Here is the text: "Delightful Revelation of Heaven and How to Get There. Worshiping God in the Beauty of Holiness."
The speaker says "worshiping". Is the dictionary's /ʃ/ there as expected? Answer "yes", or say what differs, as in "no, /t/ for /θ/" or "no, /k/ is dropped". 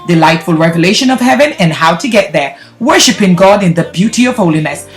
yes